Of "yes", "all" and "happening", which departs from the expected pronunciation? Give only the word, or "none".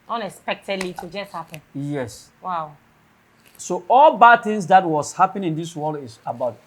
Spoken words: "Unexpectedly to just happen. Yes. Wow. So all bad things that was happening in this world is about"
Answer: happening